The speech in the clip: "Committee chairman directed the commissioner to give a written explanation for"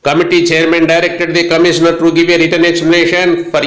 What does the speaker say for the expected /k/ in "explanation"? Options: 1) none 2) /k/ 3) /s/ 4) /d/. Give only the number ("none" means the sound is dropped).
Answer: 1